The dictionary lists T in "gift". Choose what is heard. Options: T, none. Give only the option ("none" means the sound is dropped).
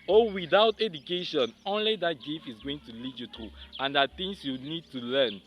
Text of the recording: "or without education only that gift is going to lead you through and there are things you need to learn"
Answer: none